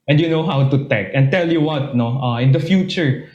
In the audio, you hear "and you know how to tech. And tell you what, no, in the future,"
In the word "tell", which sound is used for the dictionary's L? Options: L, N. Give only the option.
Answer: L